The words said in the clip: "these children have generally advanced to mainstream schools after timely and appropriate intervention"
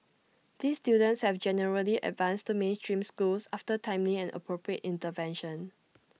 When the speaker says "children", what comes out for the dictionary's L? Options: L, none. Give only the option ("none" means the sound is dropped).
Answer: none